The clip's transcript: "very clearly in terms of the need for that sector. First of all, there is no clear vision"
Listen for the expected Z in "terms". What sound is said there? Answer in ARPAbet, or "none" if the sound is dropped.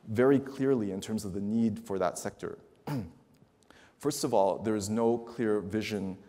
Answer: Z